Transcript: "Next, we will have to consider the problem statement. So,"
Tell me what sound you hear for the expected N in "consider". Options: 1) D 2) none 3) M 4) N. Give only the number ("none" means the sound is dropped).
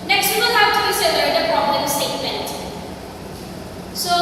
2